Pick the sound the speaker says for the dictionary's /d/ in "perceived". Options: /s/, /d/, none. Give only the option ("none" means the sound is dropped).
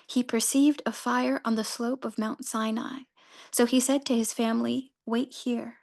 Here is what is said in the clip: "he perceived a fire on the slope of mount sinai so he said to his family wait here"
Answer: /d/